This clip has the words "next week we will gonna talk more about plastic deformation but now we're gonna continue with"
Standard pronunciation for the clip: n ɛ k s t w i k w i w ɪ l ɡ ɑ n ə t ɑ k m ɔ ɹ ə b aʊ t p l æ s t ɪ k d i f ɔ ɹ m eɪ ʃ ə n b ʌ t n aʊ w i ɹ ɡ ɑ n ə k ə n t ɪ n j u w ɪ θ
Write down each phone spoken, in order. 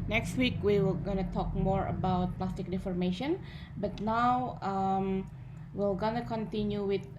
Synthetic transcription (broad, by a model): n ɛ k s t w i k w i w ɪ l ɡ ɑ n ə t ɑ k m ɔ ɹ ə b aʊ t p l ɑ s t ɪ k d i f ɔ ɹ m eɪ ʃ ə n b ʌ t n aʊ w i l ɡ ɑ n ə k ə n t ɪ n j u w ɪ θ